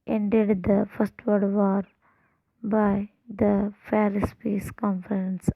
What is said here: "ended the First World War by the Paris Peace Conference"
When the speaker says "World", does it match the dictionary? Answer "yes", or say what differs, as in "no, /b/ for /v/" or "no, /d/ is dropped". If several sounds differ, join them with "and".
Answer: no, /l/ is dropped